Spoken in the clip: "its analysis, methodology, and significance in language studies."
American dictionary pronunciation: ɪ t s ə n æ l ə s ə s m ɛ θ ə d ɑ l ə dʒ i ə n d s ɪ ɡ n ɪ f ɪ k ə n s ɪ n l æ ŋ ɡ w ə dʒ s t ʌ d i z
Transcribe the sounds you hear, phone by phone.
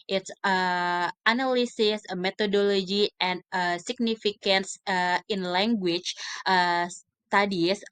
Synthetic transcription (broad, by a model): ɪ t s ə n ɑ l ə s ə s m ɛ t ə d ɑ l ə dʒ i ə n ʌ s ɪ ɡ n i f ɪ k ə n s ɪ n l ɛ ŋ ɡ w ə tʃ s t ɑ d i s